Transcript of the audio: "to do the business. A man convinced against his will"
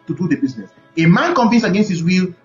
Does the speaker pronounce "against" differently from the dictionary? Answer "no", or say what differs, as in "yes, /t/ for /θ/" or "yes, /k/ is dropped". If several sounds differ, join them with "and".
no